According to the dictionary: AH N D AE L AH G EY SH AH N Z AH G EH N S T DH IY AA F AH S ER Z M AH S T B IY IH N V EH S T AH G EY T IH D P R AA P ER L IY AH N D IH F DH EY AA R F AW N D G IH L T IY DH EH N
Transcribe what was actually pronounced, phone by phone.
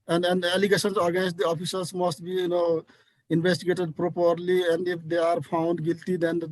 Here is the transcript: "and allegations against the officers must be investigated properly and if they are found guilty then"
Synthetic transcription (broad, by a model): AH N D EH L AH G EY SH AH N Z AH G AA S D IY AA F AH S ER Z M AH S T B IY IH N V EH S T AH G EY T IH D P R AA P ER L IY AH N D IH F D EY AA R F AW N D G IH L T IY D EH N